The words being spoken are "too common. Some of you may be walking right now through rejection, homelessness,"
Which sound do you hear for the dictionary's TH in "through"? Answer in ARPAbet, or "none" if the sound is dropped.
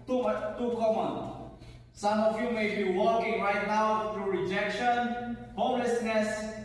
T